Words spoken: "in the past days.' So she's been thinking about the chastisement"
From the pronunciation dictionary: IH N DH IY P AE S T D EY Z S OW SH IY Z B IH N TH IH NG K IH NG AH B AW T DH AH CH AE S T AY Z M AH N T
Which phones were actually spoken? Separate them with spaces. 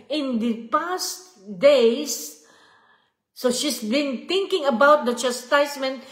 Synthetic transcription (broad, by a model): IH N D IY P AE S T D EY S S OW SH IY S B IH N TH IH NG K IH NG AH B AW T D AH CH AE S T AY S M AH N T